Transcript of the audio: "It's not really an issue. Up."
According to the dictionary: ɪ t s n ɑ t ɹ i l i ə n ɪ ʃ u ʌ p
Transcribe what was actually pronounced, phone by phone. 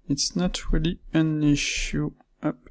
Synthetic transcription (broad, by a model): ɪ t s n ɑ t ɹ i l i ə n ɪ ʃ u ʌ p